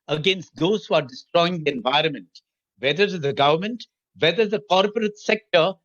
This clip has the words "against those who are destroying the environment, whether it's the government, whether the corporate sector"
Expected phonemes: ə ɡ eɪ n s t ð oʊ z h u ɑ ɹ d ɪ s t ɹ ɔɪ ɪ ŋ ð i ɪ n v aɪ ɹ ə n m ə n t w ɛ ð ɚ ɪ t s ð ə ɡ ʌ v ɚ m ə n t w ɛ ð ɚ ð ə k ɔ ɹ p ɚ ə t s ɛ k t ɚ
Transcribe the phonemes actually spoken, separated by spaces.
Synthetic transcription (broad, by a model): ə ɡ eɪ n s t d oʊ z h u ɑ ɹ d ɪ s t ɹ ɔɪ ɪ ŋ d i ɪ n v aɪ ɹ ə n m ə n t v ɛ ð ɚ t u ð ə ɡ ʌ v ɚ m ə n t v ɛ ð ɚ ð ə k ɔ ɹ p ɚ ə t s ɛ k t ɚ